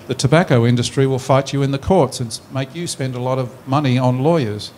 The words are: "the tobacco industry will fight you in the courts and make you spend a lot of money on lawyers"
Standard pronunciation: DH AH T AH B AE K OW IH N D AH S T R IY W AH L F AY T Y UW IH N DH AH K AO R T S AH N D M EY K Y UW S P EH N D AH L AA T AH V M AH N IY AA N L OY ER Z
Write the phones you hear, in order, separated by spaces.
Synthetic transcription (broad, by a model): DH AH T AH B AE K OW IH N D AH S T R IY W AH L F AY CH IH IH N DH AH K AO R T S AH N M EY K Y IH S P EH N D AH L AA T AH V M AH N IY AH N L OY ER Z